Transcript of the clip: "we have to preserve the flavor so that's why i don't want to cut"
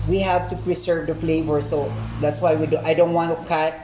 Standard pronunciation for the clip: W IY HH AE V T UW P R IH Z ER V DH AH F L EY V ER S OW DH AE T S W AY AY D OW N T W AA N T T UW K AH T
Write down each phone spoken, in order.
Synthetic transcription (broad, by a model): W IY HH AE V T UW P R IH S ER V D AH F L EY V ER S OW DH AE T S W AY AY D OW N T W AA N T T UW K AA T